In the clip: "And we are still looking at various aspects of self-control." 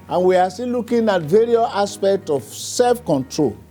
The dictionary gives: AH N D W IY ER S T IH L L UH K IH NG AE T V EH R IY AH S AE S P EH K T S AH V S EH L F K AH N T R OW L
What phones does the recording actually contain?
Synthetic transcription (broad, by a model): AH N W IY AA S T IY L L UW K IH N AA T V EH R IY AH S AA S P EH K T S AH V S EH L F K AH N T R OW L